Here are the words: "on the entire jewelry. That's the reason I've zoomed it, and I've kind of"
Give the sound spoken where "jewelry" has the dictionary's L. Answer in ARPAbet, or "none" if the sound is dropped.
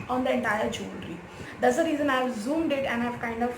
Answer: N